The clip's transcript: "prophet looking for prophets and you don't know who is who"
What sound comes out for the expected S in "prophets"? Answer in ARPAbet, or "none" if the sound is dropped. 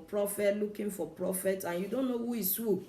none